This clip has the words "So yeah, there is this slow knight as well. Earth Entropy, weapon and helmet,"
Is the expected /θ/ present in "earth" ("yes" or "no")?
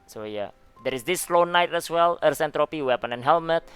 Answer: no